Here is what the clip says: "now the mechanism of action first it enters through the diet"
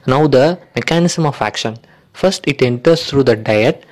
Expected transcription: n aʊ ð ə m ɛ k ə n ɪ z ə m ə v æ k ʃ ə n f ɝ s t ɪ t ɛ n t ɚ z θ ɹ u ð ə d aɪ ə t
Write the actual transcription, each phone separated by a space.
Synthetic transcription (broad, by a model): n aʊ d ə m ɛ k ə n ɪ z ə m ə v æ k ʃ ə n f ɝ s t ɪ t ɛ n t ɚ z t ɹ u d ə d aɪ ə t